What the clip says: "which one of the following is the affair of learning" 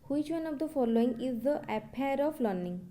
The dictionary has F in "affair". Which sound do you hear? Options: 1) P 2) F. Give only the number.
1